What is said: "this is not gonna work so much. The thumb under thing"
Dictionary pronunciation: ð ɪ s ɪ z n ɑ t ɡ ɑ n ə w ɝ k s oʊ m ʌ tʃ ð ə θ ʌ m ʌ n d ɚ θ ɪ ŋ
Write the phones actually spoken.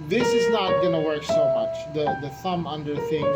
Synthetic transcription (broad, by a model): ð ɪ s ɪ z n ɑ t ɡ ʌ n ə w ɝ k s oʊ m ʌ tʃ ð ə θ ʌ m ʌ n d ɚ θ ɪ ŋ